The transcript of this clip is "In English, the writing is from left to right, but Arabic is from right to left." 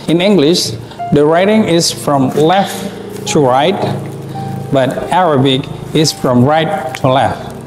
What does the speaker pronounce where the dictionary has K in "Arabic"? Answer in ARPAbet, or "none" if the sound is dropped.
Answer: K